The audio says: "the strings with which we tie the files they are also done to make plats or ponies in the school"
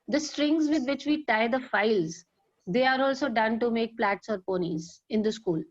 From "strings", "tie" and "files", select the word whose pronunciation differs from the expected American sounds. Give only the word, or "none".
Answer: none